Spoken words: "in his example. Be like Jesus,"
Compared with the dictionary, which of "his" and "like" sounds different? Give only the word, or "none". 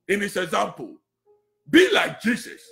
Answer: his